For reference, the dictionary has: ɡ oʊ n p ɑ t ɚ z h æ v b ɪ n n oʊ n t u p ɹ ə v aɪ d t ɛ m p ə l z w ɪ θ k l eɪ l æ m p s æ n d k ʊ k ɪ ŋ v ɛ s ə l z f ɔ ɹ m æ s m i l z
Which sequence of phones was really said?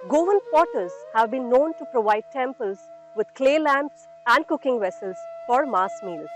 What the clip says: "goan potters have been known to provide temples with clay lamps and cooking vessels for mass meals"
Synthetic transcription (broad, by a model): ɡ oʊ n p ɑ t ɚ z h æ v b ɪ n n oʊ n t u p ɹ ə v aɪ d t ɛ m p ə l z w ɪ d k l eɪ l æ m p s æ n d k ʊ k ɪ ŋ v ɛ s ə l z f ɔ ɹ m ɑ s m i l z